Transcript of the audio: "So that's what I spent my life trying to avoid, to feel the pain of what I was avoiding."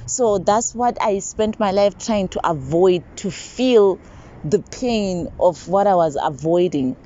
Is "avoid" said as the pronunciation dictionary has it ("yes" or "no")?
yes